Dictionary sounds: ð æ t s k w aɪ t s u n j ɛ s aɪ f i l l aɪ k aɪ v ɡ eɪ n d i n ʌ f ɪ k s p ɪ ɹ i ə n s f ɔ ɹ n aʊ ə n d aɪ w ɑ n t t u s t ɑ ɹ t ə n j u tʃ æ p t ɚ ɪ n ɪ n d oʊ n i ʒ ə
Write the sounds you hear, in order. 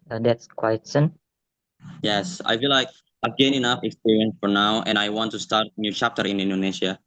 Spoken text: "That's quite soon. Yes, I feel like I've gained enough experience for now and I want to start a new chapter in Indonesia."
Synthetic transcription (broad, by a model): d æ t s k w aɪ t s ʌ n j ɛ s aɪ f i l l aɪ k aɪ v ɡ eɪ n i n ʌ f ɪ k s p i ɹ i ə n s f ɔ ɹ n aʊ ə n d aɪ w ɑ n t t u s t ɑ ɹ t n j u tʃ æ p t ɚ ɪ n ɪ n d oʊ n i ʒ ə